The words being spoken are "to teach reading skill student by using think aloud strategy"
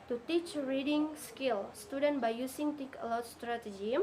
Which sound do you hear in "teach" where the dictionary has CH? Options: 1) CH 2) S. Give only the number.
1